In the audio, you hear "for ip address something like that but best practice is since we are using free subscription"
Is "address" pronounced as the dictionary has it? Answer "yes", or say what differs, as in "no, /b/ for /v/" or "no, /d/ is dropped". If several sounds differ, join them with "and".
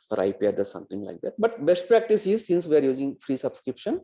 no, /ɹ/ is dropped